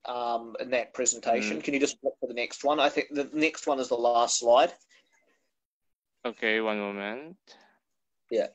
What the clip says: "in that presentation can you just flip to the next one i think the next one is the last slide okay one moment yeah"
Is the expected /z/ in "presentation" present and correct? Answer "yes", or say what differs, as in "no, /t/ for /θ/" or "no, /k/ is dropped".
yes